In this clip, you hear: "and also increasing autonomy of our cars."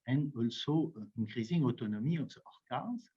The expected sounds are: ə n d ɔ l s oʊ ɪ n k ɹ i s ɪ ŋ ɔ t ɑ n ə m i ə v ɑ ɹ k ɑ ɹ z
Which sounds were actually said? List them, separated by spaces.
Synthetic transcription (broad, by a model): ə n ɔ l s oʊ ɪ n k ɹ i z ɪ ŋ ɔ t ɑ n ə m i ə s ɑ ɹ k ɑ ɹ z